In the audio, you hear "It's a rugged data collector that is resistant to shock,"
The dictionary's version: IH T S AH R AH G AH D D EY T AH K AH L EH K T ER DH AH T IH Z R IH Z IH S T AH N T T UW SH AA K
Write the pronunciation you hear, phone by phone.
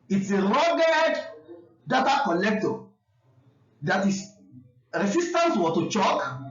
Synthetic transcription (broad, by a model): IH T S AH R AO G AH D D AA T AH K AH L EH K T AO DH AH T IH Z R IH S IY S T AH N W T UW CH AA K